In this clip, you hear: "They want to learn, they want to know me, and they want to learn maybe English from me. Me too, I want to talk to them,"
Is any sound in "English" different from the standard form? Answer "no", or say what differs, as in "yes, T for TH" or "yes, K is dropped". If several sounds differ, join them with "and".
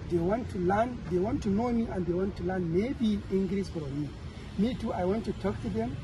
yes, S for SH